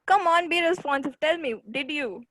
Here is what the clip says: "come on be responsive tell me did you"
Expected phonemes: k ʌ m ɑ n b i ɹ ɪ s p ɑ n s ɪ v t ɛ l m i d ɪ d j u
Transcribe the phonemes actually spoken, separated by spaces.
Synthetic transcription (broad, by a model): k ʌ m ɑ n b i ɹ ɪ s f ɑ n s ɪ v t ɛ l m i d ɪ d j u